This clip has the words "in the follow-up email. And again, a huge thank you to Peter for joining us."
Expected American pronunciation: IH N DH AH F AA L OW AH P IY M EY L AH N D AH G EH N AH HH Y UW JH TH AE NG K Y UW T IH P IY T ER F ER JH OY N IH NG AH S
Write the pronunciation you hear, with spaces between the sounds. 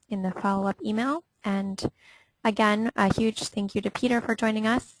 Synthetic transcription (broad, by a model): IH N DH AH F AA L OW AH P IY M EY L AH N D AH G EH N AH HH Y UW JH TH AE NG K Y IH T IH P IY T ER F ER JH OY N IH NG AH S